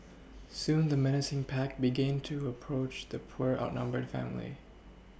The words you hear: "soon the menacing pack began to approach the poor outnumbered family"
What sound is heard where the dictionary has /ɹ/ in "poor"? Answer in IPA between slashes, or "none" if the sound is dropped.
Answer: /ɹ/